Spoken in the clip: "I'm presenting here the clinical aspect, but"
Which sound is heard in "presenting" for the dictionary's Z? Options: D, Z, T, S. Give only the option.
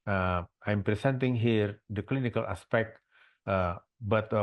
S